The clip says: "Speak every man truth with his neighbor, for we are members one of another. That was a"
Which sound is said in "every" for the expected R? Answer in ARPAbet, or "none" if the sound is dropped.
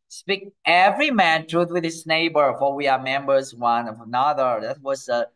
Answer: R